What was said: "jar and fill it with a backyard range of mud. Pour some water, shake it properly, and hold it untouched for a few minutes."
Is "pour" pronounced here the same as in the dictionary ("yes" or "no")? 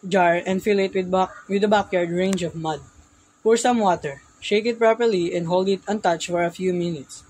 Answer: no